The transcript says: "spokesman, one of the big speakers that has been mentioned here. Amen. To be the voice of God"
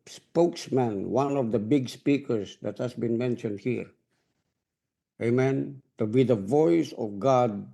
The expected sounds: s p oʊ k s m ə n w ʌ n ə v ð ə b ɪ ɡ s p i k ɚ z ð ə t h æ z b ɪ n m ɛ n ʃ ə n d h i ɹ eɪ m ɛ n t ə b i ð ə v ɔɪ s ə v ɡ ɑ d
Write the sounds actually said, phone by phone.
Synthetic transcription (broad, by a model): s p oʊ k s m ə n w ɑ n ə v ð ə b ɪ ɡ s p i k ɚ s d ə t h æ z b ɪ n m ɛ n ʃ ə n d h i ɹ eɪ m ɛ n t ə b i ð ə v ɔɪ s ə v ɡ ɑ d